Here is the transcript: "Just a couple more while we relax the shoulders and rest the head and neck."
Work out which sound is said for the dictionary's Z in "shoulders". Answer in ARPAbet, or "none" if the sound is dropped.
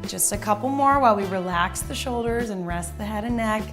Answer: Z